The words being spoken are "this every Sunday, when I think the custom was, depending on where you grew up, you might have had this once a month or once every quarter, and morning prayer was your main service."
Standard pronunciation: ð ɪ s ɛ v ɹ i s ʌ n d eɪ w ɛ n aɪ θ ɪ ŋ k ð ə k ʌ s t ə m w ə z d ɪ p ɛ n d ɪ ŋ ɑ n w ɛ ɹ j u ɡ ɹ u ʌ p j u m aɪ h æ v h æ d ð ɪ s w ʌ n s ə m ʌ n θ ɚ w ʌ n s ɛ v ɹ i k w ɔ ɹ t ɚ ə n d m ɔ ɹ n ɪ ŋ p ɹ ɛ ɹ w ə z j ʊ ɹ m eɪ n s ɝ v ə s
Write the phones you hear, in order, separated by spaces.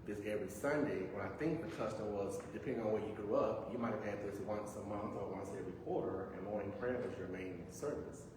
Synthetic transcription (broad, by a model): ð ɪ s ɛ v ɹ i s ʌ n d eɪ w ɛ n aɪ θ ɪ ŋ k ð ə k ʌ s t ə m w ə z d ɪ p ɛ n d ɪ ŋ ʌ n w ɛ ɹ j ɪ ɡ ɹ u ʌ p j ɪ m aɪ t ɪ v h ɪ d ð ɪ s w ʌ n s ə m ʌ n θ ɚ w ʌ n s ɛ v ɹ i k w ɔ ɹ t ɚ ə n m ɔ ɹ ɪ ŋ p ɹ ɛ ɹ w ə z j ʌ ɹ m eɪ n s ɝ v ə s